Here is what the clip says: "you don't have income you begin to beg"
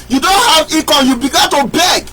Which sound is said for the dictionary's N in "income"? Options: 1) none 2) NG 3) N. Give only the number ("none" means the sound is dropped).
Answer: 1